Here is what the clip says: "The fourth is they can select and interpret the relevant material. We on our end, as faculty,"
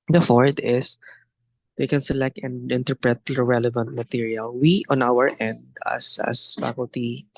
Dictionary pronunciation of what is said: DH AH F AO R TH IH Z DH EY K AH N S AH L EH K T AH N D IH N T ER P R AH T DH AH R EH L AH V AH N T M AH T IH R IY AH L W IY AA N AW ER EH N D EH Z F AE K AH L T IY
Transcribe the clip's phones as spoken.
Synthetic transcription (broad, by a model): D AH F AO R T IH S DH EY K AH N S AH L EH K T AH N D IH N T ER P R AH T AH R EH L AH V AH N T M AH T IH R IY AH L W IY AA N AW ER EH N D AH S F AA K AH L T IY